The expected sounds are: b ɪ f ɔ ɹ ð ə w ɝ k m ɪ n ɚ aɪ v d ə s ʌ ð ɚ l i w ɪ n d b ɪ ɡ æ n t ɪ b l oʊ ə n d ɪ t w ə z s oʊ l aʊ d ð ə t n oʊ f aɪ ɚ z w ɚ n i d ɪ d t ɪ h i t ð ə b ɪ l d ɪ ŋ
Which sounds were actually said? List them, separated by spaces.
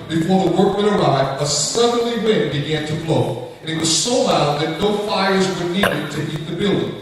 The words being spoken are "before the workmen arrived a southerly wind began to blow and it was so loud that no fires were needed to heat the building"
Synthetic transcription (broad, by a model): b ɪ f ɔ ɹ ð ə w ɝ k m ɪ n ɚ aɪ d ə s ʌ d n l i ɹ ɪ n b ɪ ɡ æ n t ɪ b l oʊ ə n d ɪ t w ə z s oʊ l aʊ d ð ə t n oʊ f aɪ ɚ z w ɚ n i d ɪ d t ɪ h i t ð ə b ɪ l d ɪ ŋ